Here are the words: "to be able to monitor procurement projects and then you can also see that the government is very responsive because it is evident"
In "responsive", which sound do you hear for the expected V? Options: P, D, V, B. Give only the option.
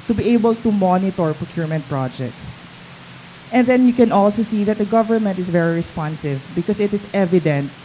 V